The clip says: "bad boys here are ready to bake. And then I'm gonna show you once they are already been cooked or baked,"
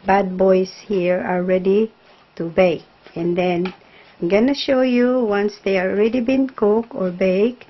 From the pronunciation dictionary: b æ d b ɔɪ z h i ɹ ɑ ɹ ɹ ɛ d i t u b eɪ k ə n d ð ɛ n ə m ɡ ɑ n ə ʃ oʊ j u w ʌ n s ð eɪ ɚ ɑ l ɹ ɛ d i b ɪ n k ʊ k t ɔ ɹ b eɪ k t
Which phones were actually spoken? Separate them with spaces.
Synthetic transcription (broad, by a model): b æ d b ɔɪ s h i ɹ ɑ ɹ ɹ ɛ d i t u b eɪ k ə n d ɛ n ə m ɡ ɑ n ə ʃ oʊ j u w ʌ n s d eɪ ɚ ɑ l ɹ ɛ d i b ɪ n k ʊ k ɔ ɹ b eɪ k